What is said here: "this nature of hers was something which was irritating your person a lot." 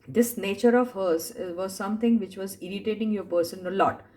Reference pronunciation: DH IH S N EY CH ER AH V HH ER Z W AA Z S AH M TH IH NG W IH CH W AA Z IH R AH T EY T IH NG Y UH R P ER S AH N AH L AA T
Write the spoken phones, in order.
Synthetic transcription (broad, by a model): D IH S N EY CH ER AH V HH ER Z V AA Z S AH M T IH NG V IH CH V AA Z IH R AH T EY T IH NG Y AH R P ER S AH N AH L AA T